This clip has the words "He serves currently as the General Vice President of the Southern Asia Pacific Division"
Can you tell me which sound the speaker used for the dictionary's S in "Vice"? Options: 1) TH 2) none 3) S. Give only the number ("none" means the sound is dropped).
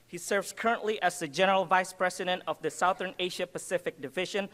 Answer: 3